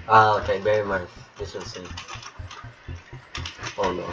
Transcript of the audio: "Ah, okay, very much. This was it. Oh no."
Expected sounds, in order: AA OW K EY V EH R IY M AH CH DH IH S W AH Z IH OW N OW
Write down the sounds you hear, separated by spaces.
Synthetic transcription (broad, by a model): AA OW K EY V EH R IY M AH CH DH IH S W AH S IH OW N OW